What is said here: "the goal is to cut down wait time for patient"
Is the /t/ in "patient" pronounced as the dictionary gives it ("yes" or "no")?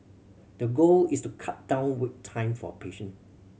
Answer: no